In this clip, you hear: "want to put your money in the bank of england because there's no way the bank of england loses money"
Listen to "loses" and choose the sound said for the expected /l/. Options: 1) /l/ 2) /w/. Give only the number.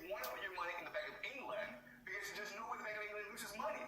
2